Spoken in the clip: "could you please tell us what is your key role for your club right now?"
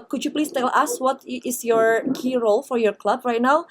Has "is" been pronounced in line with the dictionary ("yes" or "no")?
no